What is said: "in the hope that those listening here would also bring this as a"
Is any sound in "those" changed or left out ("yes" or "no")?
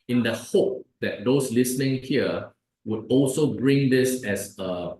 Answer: yes